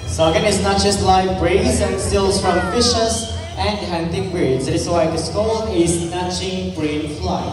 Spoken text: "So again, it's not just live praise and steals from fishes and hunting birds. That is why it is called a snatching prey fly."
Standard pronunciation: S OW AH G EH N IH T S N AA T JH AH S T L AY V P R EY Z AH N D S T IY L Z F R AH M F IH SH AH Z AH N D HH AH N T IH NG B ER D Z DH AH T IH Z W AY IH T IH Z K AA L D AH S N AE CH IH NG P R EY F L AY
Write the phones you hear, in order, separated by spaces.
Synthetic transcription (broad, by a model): S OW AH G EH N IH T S N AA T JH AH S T L AY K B R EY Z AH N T S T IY L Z F R AH M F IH SH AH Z AH N D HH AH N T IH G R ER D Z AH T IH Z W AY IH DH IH S K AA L AH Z N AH CH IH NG B R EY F L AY